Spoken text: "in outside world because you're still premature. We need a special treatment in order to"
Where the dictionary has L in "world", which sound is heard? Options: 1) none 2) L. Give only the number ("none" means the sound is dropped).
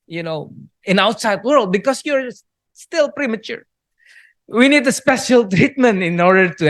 2